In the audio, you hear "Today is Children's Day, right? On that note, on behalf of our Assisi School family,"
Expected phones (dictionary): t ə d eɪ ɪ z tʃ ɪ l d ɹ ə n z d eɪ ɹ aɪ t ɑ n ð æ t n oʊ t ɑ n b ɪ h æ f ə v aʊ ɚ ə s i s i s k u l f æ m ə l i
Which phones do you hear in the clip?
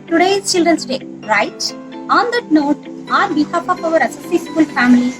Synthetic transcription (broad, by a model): t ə d eɪ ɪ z tʃ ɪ l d ɹ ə n s d eɪ ɹ aɪ t ɑ n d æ t n oʊ t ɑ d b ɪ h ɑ p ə p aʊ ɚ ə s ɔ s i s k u l f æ m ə l i